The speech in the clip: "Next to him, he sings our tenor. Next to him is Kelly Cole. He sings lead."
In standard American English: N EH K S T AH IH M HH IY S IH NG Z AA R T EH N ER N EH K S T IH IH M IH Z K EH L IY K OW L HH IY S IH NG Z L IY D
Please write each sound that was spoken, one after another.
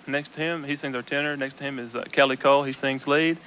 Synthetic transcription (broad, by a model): N EH K S T AH IH M HH IY S IH NG Z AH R T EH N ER N EH K S T IH IH M IH Z K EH L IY K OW L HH IY S IH NG Z L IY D